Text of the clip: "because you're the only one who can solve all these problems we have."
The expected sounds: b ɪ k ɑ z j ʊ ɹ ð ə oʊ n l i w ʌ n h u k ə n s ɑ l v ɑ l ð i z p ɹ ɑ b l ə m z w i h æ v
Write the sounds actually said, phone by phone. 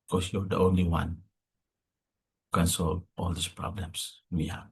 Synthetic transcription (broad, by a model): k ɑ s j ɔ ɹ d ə oʊ n l i w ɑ n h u k ə n s ɑ l v ɑ l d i s p ɹ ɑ b l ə m s w i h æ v